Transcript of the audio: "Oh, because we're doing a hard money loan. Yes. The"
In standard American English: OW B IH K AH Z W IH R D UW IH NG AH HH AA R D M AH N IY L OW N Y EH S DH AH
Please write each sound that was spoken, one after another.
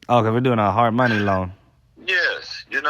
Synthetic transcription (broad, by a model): OW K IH AH W IH R D UW IH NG AH HH AA R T M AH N IY L OW N Y EH S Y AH